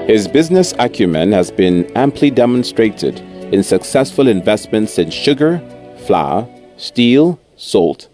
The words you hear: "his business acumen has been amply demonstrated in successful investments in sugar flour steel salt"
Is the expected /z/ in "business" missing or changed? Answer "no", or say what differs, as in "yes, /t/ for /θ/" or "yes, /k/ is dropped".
no